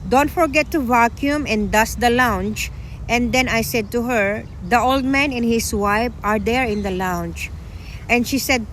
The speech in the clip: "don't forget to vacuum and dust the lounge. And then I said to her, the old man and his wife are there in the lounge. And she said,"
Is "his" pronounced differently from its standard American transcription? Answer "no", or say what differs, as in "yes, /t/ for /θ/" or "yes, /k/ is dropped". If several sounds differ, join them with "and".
yes, /s/ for /z/